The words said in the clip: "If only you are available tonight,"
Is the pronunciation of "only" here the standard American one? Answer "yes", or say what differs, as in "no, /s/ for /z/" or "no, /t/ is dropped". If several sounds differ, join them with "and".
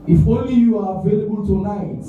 yes